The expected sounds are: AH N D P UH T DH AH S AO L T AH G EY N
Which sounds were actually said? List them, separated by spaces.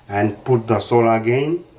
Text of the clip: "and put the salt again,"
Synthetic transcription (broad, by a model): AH N P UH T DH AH S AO L AH G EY N